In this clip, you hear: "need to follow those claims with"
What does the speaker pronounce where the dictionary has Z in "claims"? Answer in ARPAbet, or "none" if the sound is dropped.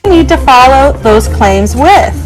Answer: Z